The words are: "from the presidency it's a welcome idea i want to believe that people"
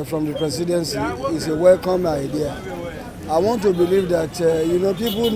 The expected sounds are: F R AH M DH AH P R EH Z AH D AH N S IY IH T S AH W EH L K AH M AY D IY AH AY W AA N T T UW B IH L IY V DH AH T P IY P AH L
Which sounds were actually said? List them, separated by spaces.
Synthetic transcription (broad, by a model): F R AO M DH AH P R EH S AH D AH N S IY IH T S AH W EH L K AH M AY D IY AH AY W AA N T T UW B IH L IY V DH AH T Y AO P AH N